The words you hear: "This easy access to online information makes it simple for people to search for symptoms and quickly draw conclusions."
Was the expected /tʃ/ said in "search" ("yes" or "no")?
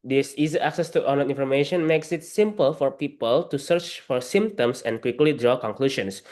yes